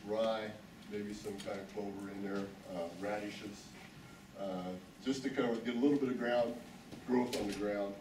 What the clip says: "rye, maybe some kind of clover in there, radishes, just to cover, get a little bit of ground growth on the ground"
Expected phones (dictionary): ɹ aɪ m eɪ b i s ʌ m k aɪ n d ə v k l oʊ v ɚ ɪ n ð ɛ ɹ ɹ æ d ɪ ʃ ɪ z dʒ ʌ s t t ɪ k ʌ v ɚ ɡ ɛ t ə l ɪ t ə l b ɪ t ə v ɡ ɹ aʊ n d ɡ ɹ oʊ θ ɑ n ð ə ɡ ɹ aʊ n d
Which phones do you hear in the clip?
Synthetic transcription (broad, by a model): ɹ aɪ m eɪ b i s ʌ m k aɪ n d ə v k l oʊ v ɚ ɪ n ð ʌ ɹ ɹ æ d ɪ ʃ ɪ s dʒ ʌ s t t ɪ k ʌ w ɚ ɡ ɛ t ə l ɪ t l b ɪ t ə v ɡ ɹ aʊ n d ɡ ɹ oʊ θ n ð ə ɡ ɹ aʊ n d